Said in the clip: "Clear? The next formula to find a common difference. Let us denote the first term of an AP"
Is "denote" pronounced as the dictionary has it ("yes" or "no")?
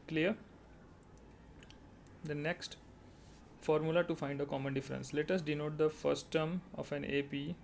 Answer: yes